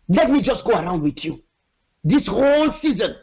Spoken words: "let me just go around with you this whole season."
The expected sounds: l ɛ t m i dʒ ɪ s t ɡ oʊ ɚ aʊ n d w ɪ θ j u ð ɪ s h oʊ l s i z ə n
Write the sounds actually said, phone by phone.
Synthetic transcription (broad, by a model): l ɛ t m i dʒ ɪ s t ɡ oʊ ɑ aʊ n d w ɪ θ j u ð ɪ s h oʊ l s i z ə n